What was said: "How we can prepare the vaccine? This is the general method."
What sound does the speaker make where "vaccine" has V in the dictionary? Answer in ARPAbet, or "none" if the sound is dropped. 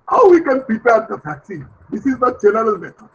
F